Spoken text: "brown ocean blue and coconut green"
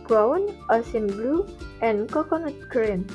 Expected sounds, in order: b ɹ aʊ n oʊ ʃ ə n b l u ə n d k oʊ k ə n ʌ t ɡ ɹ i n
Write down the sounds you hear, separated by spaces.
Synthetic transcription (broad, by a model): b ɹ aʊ n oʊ s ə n b l u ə n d k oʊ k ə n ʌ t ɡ ɹ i n